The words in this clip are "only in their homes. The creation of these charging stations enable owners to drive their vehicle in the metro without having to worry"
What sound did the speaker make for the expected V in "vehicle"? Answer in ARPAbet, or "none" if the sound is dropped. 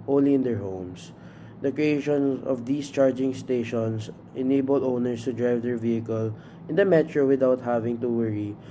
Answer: V